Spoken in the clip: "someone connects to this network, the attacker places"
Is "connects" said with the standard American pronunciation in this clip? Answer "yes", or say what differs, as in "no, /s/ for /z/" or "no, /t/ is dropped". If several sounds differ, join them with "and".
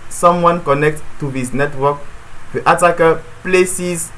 no, /s/ is dropped